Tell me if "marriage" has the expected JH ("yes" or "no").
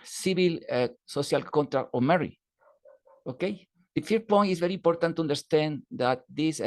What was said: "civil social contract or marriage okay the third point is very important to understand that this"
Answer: no